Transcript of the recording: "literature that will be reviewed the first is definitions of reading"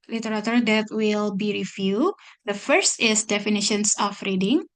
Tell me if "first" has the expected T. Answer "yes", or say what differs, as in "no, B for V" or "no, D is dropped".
yes